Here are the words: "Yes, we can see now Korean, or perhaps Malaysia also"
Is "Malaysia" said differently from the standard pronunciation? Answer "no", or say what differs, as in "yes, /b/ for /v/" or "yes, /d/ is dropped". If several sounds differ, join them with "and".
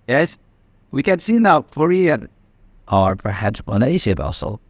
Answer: yes, /n/ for /l/ and /s/ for /ʒ/